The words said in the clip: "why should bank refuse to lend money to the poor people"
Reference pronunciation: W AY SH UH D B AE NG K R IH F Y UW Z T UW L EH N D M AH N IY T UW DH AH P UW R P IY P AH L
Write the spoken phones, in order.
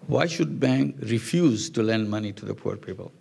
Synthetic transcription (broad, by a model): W AY SH UH D B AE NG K R IH F Y UW Z T UW L EH N D M AH N IY T UW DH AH P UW R P IY P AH L